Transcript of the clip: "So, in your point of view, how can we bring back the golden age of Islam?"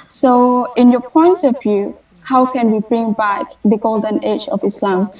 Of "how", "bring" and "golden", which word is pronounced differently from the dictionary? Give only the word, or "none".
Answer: none